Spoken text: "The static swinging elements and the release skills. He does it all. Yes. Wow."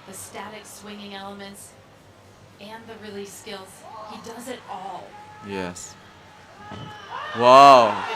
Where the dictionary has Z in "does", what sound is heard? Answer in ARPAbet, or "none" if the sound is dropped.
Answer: Z